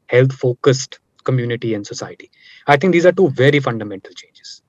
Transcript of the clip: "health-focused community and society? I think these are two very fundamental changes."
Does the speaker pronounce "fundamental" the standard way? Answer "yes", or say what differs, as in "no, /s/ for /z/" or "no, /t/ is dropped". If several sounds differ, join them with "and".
yes